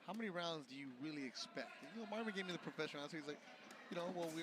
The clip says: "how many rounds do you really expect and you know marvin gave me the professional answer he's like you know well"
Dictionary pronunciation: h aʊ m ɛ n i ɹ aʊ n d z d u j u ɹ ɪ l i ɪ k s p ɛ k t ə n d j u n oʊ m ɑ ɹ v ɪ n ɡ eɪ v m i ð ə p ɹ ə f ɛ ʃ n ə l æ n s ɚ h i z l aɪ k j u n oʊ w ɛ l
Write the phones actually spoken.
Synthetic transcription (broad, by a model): h aʊ m ɛ n i ɹ aʊ n d z d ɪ j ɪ ɹ ɪ l i ɪ k s p ɛ k t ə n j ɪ n oʊ m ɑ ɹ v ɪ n ɡ eɪ v m i ð ə p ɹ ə f ɛ ʃ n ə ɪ s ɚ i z l aɪ k j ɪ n oʊ w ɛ l